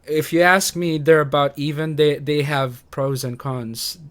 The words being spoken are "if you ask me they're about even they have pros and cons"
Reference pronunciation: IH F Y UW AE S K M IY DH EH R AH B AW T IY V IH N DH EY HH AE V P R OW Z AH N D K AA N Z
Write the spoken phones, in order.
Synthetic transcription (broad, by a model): IH F Y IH AE S K M IY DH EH R AH B AW T IY V IH N DH EY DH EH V P R OW Z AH N K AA N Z